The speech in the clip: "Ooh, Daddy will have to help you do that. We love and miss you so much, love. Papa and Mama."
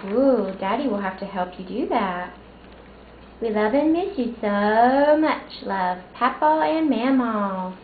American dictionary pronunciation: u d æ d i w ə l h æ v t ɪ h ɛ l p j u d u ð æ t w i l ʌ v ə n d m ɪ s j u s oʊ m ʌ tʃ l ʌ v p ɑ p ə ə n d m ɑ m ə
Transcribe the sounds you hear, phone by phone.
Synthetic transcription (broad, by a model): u d æ d i w ə l h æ f t ɪ h ɛ l p j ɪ d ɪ ð æ t w i l ʌ v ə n m ɪ s j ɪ s oʊ m ʌ tʃ l ʌ v p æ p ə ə n m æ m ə